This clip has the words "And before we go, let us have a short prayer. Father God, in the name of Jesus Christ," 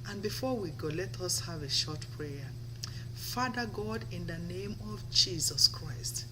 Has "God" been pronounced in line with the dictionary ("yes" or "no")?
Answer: yes